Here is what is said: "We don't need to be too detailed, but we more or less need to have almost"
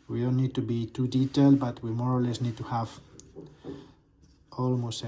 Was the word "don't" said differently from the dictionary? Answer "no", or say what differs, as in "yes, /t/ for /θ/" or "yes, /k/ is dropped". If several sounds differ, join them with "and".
yes, /l/ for /n/